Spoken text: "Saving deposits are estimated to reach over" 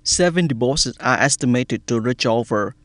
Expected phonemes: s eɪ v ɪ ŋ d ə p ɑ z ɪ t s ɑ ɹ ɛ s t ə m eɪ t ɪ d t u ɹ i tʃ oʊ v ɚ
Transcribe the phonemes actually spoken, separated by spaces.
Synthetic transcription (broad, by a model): s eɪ v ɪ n d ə b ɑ s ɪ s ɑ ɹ ɛ s t ə m eɪ t ɪ d t u ɹ i tʃ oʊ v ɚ